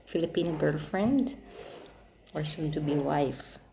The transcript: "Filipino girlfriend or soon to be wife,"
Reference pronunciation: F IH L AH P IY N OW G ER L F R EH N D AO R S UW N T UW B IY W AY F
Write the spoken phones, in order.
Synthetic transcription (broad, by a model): F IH L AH P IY N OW G ER L F R EH N D AO R S UW N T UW B IY W AY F